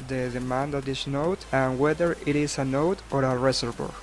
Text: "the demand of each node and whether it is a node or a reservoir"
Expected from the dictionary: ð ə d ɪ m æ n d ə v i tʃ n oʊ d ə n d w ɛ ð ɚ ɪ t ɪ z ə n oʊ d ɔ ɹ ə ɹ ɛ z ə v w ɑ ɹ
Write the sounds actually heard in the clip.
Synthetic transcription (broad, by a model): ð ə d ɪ m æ n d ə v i s n oʊ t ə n w ɛ ð ɚ ɪ t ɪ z ə n oʊ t ɔ ɹ ə ɹ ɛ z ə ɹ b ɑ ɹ